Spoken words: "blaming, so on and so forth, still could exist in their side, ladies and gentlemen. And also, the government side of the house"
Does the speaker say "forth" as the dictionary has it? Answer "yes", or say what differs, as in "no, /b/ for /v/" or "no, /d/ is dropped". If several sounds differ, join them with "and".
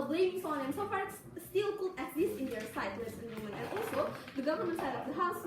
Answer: no, /s/ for /θ/